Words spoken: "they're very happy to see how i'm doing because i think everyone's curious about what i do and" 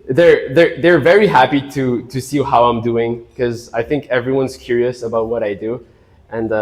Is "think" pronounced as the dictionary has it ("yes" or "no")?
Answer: yes